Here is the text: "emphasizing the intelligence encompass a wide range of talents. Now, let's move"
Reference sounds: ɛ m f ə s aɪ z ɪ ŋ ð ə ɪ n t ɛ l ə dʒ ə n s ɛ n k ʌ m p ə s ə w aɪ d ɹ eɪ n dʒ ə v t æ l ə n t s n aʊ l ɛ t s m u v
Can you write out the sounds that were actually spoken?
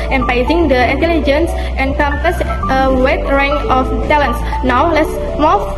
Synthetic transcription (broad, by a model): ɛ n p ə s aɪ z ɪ ŋ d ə ɪ n t ɛ l ə dʒ ə n s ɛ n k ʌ m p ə s ə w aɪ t ɹ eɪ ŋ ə f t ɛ l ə n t s n aʊ l ɛ t s m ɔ